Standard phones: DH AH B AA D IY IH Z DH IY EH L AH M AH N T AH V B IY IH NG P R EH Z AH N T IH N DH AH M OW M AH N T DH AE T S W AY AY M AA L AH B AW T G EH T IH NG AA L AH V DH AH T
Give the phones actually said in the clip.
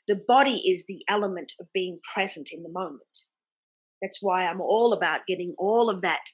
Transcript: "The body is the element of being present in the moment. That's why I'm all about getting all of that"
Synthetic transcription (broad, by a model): DH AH B AA D IY IH Z DH IY EH L AH M AH N T AH V B IY IH NG P R EH Z AH N T IH N DH AH M OW M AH N DH AE T S W AY AY M AA L AH B AW T G EH T IH NG AA L AH V DH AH T